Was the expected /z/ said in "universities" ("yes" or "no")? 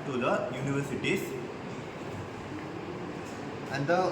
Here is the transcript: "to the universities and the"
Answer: no